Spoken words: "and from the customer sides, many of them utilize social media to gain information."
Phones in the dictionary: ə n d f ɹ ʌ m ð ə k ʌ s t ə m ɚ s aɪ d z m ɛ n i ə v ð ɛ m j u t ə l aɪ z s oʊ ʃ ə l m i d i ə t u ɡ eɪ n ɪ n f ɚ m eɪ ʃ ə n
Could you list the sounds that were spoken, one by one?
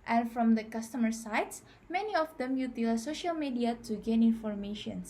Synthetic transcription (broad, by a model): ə n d f ɹ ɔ m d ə k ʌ s t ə m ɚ s aɪ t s m ɛ n i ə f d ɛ m j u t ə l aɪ s oʊ ʃ ə l m i d i ə t u ɡ eɪ n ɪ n f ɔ m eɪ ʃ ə n